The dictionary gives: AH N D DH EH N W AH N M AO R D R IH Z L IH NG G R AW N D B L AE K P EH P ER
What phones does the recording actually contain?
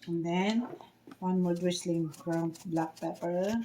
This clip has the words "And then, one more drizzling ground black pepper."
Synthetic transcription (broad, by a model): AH N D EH N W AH N M AO R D W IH S L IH NG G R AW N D B L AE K P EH P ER